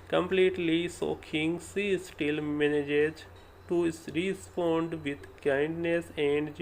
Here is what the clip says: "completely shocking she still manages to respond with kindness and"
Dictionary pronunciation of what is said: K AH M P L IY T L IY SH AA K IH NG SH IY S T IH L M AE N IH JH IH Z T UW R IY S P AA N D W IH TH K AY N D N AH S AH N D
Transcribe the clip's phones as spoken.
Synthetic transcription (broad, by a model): K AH M P L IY T L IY S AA K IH NG S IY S T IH L M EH N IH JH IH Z T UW R IY S P AA N D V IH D K AY N D N AH S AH N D